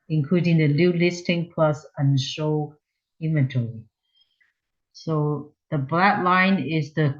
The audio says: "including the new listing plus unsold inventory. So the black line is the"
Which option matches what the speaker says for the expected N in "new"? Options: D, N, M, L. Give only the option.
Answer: L